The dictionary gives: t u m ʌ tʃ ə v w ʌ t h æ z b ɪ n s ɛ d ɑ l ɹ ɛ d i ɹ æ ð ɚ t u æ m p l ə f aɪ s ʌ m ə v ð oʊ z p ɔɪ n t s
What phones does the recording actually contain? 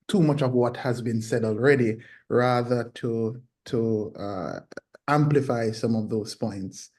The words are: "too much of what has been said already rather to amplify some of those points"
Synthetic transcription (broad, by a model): t u m ʌ tʃ ə v w ʌ t h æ z b ɪ n s ɛ d ɑ l ɹ ɛ d i ɹ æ ð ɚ t u æ m p l ə f aɪ s ʌ m ə v ð oʊ z p ɔɪ n t s